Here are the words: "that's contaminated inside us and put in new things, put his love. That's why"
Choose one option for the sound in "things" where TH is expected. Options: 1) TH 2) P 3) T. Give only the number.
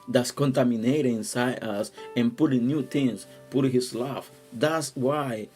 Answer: 3